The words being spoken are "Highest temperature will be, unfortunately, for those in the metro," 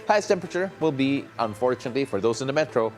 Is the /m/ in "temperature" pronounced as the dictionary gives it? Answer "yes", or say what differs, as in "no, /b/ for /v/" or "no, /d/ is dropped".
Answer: yes